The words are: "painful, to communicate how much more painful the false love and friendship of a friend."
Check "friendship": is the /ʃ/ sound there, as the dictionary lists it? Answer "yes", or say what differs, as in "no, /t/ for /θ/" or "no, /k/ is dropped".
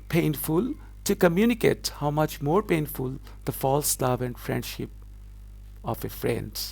yes